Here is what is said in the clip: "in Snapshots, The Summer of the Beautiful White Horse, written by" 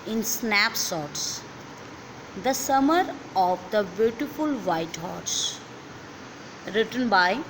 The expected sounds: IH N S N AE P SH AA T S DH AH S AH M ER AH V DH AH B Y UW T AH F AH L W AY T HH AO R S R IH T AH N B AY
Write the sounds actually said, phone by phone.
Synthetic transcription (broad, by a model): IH N S N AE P S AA T S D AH S AH M ER AH V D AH B Y UW T AH F AH L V AY T HH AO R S R IH T AH N B AY